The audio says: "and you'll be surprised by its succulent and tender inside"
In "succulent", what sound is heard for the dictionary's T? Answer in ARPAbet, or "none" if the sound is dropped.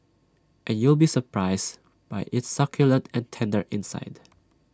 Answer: T